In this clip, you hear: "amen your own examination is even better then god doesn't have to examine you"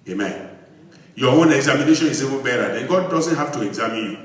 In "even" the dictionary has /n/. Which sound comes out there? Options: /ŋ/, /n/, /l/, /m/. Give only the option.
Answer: /l/